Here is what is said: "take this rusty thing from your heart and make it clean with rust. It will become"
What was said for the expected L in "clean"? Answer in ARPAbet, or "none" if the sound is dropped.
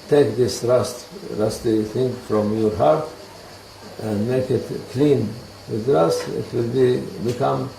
L